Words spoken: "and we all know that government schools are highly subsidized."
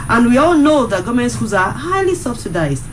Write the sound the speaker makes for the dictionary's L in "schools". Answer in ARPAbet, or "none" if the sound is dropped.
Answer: none